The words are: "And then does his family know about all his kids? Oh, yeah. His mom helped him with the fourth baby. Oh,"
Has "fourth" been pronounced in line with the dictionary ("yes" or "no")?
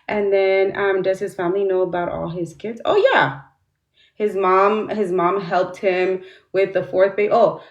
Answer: yes